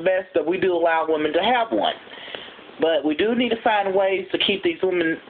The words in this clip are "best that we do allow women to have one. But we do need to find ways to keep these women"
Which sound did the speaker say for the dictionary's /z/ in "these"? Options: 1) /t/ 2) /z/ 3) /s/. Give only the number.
2